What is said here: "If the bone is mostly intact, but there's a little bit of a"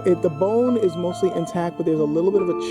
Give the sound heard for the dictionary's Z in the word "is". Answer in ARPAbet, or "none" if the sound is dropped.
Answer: Z